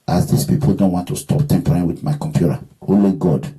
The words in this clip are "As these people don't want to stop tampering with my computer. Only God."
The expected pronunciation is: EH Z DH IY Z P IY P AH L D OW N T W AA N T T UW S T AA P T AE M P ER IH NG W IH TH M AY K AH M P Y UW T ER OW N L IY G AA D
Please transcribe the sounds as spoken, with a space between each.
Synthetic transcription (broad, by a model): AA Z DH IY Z P IY P L D OW N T W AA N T T UW S T AA P T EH M P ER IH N W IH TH M AY K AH M P Y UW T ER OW L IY G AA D